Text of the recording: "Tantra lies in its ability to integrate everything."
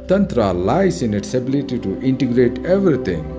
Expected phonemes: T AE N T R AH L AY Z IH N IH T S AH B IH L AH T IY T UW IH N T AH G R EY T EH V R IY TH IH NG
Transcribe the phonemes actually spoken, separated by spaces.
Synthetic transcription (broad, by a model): T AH N T R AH L AY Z IH N IH T S AH B IH L AH T IY T UW IH N T AH G R EY T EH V R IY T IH NG